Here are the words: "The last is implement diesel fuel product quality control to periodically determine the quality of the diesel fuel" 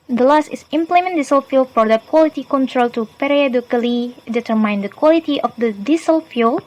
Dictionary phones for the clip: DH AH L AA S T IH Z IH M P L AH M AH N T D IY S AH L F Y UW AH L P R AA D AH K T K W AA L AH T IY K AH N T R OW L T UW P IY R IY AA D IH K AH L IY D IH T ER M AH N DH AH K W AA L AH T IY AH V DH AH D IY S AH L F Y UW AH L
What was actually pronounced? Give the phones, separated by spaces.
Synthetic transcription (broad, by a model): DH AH L AA S T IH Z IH M P L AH M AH N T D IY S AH L F Y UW L F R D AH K K W AA L AH T IY K AH N T R OW L T UW P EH R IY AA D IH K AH L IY D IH T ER M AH N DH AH K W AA L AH T IY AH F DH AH D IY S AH L F Y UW L